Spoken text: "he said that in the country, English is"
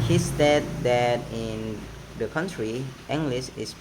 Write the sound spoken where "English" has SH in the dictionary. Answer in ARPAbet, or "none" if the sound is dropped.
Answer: S